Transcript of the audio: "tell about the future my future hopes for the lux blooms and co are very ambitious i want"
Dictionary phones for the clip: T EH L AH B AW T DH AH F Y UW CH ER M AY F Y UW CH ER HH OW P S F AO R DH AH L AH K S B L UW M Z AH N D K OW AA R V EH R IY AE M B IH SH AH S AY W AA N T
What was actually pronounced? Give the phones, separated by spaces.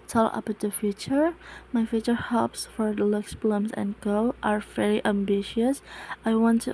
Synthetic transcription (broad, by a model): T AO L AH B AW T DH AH F Y UW CH ER M AY F Y UW CH ER HH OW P S F AO R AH L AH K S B L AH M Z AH N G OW AA R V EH R IY AE M B IH SH AH S AY W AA N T